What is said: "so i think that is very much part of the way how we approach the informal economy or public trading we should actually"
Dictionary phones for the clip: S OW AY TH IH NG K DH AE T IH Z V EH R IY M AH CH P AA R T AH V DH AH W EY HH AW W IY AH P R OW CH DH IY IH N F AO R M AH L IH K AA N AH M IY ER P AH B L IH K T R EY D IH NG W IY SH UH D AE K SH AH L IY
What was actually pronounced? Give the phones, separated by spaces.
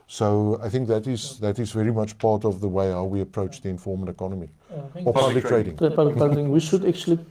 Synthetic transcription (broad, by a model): S OW AY TH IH NG K DH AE T IH Z V EH R IY M AH CH P AA R T AH V DH AH W EY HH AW W IY AH P R OW CH DH IY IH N F AO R M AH N IH K AA N AH M IY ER P AH B L IH K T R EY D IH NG W IY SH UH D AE K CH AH L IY